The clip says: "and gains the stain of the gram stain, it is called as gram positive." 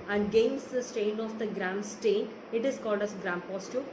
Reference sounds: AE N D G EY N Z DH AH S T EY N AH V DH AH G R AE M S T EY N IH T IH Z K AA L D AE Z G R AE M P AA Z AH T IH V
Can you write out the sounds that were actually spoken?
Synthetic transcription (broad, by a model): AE N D G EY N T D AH S T EY N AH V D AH G R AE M S T EY N IH T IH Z K AA L D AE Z G R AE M P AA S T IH